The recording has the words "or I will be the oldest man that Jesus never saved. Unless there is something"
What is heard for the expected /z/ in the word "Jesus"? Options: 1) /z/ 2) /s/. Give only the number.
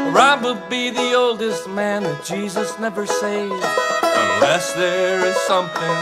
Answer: 1